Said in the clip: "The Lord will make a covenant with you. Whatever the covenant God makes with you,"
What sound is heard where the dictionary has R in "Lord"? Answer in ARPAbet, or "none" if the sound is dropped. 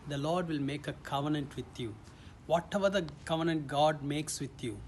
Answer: R